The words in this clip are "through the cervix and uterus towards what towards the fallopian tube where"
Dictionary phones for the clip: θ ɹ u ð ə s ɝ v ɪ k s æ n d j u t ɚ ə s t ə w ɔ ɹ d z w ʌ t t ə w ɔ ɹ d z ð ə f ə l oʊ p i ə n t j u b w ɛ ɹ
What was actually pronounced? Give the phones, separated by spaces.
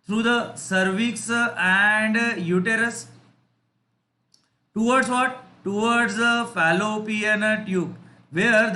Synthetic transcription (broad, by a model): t ɹ u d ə s ɝ v ɪ k s æ n d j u t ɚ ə s t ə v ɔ ɹ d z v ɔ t t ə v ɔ ɹ d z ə f ə l oʊ p i ə n t j u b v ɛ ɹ